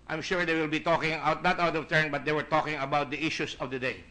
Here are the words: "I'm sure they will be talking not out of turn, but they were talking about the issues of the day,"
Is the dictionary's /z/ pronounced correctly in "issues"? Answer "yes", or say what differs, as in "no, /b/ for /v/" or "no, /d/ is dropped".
no, /s/ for /z/